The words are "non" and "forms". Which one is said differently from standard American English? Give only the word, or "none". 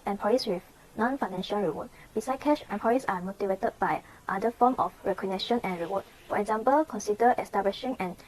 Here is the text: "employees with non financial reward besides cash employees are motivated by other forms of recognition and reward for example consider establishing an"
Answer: forms